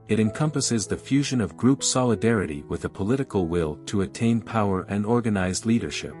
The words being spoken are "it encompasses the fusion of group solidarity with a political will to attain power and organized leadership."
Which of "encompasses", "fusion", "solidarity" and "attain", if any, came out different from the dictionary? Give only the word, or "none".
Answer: none